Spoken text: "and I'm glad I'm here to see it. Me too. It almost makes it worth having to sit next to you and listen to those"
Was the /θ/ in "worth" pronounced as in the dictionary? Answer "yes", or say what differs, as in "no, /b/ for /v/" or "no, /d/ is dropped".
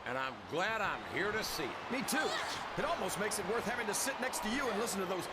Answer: yes